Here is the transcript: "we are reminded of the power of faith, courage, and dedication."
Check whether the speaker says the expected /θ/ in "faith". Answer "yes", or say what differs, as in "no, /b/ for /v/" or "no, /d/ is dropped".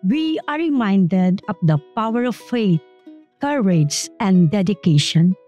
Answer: no, /t/ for /θ/